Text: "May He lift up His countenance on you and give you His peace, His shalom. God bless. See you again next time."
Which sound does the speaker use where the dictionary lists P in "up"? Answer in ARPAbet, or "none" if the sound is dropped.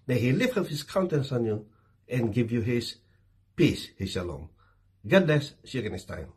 F